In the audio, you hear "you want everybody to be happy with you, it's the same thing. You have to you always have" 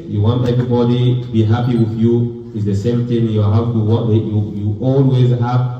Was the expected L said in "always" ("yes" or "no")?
yes